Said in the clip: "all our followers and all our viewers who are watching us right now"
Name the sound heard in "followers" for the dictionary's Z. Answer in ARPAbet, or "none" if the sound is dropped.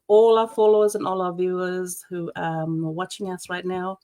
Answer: Z